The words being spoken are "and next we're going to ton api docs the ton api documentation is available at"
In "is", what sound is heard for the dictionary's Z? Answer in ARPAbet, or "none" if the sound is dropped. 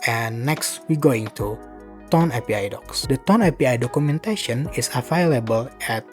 S